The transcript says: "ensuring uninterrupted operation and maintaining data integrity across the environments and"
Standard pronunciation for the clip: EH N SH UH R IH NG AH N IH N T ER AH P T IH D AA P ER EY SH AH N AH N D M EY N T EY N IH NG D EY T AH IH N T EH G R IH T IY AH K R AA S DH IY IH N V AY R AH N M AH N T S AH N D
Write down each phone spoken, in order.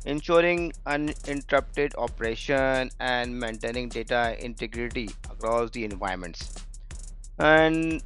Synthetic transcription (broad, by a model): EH N SH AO R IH NG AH N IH N T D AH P T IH D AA P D EY SH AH N AH N D M EY N T EY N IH NG D EY T AH IH N T EH G R IH T IY AH K R AA S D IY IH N V AY AH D M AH N T S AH N D